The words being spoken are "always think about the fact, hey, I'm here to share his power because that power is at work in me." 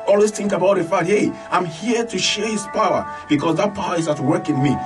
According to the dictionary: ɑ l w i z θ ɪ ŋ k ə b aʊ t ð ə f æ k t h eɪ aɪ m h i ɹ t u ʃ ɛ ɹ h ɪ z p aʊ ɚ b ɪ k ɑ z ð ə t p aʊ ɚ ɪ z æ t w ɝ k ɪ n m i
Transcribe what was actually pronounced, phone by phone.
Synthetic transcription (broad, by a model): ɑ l w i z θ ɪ ŋ k ə b aʊ t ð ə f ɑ t h eɪ aɪ m h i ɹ t u ʃ ɛ ɹ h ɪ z p aʊ ɚ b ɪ k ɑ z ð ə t p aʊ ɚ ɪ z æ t w ɝ k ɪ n m i